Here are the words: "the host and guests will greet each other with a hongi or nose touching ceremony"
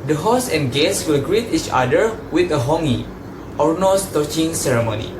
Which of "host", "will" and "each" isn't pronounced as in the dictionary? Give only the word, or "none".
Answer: host